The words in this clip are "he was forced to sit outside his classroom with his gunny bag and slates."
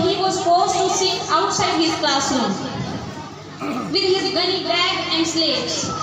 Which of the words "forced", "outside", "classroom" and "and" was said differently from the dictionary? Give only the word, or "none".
classroom